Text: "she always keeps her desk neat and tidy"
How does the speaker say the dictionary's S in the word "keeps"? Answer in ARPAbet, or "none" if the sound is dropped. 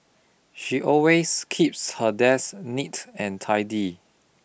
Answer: S